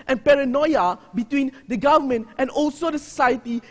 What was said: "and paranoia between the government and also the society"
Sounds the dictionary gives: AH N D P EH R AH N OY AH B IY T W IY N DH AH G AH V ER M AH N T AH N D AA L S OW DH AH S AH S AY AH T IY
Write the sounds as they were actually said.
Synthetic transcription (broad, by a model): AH N P EH R AH N OY AH B IY T W IY N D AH G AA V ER M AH N T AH N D AA L S OW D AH S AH S AY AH T IY